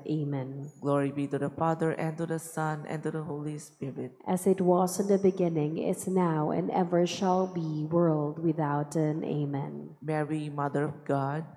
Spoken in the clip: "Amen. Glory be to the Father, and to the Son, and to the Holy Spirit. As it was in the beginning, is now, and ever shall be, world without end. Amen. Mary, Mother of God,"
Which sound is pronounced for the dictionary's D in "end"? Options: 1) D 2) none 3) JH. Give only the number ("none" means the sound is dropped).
2